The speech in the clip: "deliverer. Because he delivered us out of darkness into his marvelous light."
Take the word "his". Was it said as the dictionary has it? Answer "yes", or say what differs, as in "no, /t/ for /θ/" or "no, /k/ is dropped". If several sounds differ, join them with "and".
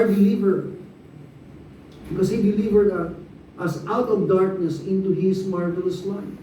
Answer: no, /s/ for /z/